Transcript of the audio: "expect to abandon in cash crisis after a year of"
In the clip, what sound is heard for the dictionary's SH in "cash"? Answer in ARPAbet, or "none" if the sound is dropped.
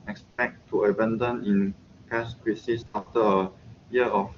S